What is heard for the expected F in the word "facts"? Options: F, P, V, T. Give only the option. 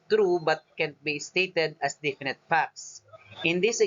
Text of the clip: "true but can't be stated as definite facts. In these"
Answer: P